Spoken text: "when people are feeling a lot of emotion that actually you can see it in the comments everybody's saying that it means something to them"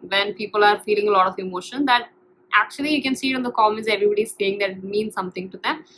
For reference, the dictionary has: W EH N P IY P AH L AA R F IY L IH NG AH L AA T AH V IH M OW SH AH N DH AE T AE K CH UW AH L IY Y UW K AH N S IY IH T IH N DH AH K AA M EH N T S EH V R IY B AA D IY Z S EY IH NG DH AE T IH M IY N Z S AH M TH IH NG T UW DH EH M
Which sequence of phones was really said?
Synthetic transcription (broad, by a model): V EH N P IY P AH L AA R F IY L IH NG AH L AA T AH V IH M OW SH AH N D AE T AE K CH UW AH L IY Y UW K AH N S IY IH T IH N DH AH K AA M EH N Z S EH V R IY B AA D IY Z S EY IH NG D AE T M IY N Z S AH M T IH NG T UW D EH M